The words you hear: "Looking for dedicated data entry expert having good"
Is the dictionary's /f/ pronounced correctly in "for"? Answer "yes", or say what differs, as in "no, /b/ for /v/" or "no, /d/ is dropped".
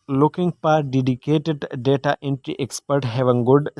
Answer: no, /p/ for /f/